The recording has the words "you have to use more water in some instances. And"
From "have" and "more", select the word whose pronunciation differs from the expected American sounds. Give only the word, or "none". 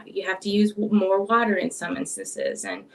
have